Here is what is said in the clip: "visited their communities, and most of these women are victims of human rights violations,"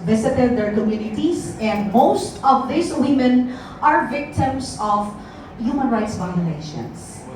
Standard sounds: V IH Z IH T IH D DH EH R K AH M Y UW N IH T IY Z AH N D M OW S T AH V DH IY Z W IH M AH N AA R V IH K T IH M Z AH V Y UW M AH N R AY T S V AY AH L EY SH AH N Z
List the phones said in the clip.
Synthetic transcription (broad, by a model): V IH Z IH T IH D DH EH R K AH M Y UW N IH T IY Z AH N D M OW S T AH V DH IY S W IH M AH N AA R V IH K T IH M S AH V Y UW M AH N R AY T S V AY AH L EY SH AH N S